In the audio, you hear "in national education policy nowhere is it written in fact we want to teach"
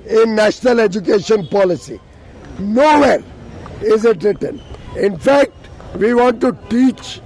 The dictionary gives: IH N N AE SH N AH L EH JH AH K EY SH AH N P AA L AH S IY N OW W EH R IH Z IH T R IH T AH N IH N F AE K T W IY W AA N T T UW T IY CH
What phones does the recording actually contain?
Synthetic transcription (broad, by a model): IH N N AE SH N AH L EH JH AH K EY SH AH N P AA L AH S IY N OW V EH R IH Z IH T R IH T AH N IH N F AE K T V IY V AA N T T UW T IY CH